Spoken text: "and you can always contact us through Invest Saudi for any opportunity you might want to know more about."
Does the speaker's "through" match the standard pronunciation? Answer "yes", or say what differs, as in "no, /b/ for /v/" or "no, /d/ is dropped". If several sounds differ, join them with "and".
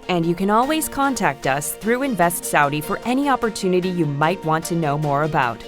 yes